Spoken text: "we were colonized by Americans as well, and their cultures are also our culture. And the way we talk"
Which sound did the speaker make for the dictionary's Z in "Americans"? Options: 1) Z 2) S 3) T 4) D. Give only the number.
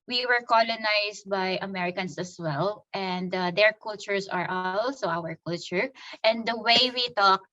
2